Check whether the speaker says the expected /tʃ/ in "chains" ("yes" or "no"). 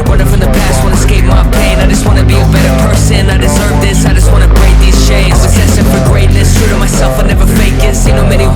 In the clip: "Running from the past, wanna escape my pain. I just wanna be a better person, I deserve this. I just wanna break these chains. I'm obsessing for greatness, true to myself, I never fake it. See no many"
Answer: no